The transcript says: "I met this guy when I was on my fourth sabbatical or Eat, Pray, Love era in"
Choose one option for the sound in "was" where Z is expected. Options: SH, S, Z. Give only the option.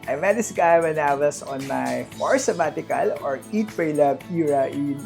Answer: S